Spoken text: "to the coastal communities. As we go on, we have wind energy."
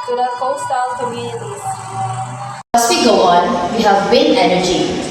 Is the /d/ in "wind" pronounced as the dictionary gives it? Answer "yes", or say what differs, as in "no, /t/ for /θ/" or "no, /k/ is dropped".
no, /d/ is dropped